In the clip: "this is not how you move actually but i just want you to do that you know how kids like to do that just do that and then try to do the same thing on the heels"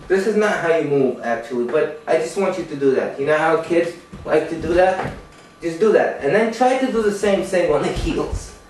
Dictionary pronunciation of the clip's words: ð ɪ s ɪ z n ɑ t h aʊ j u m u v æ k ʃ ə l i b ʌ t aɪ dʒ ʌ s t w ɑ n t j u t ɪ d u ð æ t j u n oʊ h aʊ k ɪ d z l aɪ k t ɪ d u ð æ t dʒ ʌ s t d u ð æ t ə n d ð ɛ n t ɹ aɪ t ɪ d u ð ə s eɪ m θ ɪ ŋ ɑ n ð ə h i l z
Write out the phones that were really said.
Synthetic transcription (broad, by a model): ð ɪ s ɪ z n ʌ t h aʊ j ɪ m u v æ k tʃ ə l i b ʌ t aɪ dʒ ʌ s t w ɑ n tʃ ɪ t ɪ d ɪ ð æ t j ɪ n oʊ h aʊ k ɪ d z l aɪ k t ɪ d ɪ ð æ t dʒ ʌ s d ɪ ð æ t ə n ð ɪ n t ɹ aɪ t ɪ d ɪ ð ə s eɪ m s ɪ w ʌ n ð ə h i l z